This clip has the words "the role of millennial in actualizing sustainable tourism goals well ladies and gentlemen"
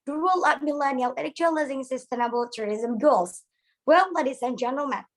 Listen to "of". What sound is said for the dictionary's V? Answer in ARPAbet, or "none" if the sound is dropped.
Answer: P